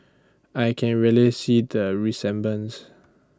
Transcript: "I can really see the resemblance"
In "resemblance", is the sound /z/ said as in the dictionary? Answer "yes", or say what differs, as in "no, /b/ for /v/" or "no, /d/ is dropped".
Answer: no, /s/ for /z/